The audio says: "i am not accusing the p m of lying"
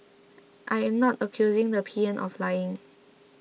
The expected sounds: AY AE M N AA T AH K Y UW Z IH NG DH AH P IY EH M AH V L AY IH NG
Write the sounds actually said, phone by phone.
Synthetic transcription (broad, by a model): AY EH M N AA T AH K Y UW Z IH NG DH AH P IY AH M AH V L AY IH NG